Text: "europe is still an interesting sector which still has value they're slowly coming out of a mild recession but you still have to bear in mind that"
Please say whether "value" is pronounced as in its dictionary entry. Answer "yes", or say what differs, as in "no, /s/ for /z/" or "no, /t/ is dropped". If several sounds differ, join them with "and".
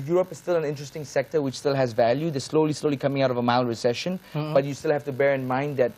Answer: yes